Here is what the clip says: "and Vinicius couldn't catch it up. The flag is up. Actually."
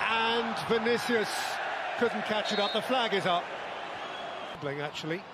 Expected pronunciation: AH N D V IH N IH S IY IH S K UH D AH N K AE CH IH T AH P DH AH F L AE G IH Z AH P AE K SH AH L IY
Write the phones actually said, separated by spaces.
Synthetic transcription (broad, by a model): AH N V IH N IH S IY IH S K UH D N K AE CH IH T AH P DH AH F L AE G IH Z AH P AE K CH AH L IY